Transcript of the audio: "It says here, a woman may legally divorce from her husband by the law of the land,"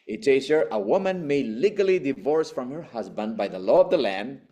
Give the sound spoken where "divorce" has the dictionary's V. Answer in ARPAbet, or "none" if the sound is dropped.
V